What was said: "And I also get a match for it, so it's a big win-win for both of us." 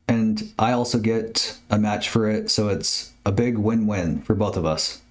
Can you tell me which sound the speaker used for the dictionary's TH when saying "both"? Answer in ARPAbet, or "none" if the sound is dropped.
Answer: TH